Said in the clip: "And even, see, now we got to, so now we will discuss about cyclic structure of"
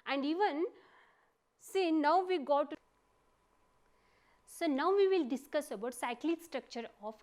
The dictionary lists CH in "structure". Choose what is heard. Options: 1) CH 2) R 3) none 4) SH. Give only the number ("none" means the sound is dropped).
1